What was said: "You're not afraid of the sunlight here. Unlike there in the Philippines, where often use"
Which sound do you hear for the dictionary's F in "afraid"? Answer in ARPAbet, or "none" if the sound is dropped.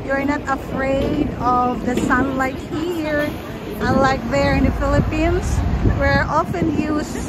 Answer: F